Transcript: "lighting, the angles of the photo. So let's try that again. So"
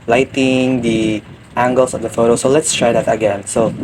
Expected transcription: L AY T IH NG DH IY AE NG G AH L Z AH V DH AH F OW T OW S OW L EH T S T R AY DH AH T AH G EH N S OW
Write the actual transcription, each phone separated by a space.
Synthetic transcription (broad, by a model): L AY T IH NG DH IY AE NG G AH L S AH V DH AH F OW T OW S OW L EH T S T R AY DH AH T AH G EH N S OW